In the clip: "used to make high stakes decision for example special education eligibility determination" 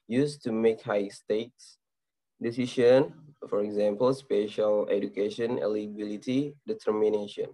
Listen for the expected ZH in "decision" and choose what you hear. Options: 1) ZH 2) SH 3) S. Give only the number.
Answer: 2